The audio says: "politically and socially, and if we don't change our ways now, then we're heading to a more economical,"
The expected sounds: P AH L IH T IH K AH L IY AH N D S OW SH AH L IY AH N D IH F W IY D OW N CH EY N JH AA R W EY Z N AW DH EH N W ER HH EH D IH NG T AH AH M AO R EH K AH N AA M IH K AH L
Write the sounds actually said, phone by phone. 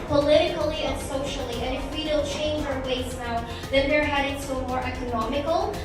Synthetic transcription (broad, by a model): P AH L IH T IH K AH L IY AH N S OW SH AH L IY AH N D IH F W IY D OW L CH EY N JH AA R W EY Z N AW DH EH N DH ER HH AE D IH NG S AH AH M AO R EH K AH N AA M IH K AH L